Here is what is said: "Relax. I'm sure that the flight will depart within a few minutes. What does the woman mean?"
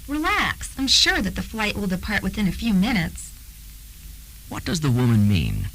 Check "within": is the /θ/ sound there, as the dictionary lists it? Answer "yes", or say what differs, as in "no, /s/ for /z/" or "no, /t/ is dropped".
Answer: yes